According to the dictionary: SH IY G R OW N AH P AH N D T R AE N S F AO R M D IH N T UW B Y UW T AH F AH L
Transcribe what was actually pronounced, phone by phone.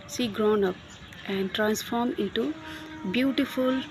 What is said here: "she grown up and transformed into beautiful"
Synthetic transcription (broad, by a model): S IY G R OW N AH P AH N D T R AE N S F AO R M IH N T UW B Y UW T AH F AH L